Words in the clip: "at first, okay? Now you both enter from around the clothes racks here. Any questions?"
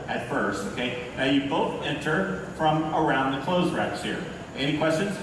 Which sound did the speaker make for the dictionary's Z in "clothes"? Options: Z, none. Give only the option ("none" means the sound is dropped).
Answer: Z